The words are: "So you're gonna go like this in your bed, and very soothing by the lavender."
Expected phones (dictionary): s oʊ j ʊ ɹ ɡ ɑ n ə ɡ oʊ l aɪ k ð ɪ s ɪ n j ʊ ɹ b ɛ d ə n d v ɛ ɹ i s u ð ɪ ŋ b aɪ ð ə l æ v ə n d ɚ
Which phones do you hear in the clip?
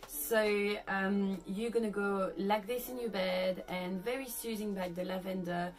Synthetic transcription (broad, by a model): s oʊ j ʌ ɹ ɡ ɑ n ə ɡ oʊ l aɪ k ð ɪ s ɪ n j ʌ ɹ b ɛ d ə n v ɛ ɹ i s u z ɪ ŋ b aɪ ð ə l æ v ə n d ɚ